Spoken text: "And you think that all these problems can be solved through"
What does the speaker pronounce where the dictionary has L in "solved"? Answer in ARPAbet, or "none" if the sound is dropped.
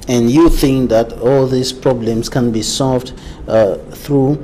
L